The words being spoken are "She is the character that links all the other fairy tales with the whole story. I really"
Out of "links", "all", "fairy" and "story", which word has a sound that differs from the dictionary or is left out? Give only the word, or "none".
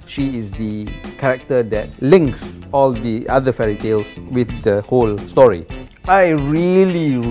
none